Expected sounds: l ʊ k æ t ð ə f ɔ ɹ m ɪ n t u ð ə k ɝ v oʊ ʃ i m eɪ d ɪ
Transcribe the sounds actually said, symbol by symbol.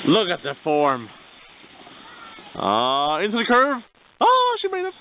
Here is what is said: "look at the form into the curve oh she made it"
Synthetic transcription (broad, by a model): l ʊ k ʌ t ð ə f ɔ ɹ m ɪ n t u ð ə k ɝ v oʊ ʃ i m eɪ d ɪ